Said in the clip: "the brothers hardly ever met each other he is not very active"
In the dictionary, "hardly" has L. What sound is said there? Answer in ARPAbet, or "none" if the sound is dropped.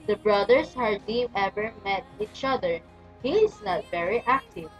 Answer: none